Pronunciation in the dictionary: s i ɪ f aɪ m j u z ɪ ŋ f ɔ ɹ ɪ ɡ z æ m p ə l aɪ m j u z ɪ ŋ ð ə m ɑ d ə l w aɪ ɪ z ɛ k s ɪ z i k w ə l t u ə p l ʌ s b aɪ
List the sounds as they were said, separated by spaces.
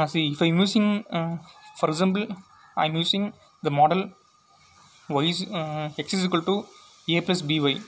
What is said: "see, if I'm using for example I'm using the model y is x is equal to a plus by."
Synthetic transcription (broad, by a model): s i ɪ f aɪ m j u s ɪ ŋ f ɔ ɹ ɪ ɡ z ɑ m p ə l aɪ m j u s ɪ ŋ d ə m ɑ d ə l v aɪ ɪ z ɛ k s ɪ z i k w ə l t u ə p l ʌ s b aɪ